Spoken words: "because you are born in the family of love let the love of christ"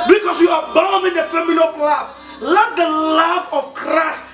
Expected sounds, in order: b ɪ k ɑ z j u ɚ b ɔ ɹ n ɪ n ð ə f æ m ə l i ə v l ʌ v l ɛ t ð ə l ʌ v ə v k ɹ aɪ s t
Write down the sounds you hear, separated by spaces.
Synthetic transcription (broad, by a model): b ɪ k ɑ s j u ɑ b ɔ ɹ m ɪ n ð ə f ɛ m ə n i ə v l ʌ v l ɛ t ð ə l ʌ v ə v k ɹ aɪ s t